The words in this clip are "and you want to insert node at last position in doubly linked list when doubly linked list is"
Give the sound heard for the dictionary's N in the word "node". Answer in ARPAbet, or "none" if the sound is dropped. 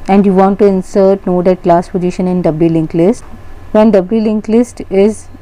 N